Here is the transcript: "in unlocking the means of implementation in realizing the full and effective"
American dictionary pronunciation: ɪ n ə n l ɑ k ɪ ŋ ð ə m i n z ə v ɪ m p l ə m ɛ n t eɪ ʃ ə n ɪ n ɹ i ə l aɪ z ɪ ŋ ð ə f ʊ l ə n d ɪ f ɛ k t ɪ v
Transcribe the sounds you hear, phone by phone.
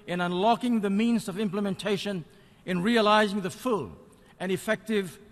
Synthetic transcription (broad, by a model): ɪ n ə n l ɑ k ɪ ŋ ð ə m i n z ə v ɪ m p l ə m ɛ n t eɪ ʃ ə n ɪ n ɹ i ə l aɪ z ɪ ŋ ð ə f ʊ l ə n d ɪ f ɛ k t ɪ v